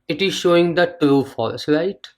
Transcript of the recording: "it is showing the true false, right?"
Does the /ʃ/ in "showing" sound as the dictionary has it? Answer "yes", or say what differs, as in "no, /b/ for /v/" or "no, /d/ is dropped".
yes